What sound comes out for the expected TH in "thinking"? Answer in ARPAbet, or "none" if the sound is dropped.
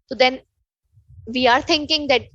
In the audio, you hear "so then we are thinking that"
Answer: T